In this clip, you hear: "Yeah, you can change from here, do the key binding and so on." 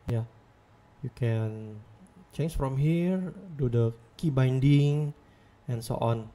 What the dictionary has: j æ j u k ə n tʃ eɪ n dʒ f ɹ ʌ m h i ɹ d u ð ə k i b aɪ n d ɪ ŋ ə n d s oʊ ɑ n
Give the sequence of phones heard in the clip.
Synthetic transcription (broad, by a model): j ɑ j u k ə n tʃ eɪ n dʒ f ɹ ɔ m h i ɹ d u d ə k i b aɪ n d ɪ ŋ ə n s oʊ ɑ n